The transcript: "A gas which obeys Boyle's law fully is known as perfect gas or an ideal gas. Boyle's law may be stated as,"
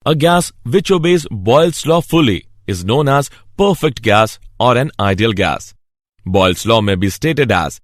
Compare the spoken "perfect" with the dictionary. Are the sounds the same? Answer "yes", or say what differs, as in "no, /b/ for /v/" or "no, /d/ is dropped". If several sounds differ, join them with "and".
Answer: yes